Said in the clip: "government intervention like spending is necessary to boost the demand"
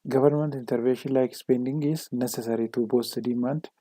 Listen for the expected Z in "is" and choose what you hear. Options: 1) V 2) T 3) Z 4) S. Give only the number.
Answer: 4